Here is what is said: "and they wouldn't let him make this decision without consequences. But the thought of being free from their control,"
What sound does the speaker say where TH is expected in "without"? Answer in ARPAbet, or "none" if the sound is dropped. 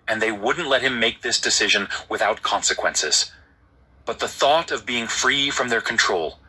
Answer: TH